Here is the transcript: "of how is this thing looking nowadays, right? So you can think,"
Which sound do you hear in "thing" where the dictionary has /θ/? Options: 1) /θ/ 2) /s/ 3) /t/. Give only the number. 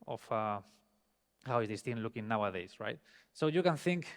3